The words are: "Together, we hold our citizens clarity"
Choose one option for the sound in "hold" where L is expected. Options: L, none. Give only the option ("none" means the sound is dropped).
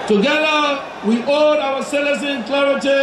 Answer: none